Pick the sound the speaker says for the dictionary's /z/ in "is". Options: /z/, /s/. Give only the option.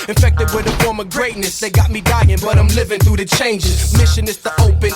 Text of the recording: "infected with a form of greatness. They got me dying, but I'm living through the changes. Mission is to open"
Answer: /s/